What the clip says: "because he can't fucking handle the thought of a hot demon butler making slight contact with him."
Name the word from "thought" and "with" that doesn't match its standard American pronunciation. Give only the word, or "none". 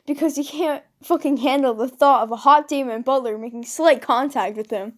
none